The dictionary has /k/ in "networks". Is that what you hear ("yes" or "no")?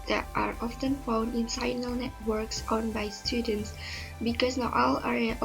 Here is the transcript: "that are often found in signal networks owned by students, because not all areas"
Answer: yes